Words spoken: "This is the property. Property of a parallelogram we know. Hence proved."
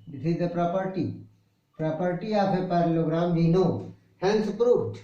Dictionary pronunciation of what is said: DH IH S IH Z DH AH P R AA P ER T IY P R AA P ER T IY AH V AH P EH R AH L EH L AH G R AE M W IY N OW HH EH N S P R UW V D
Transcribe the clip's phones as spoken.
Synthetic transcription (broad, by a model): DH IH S IH Z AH P R AA P ER T IY P R AA P ER T IY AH P AH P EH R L L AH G R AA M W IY N OW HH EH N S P R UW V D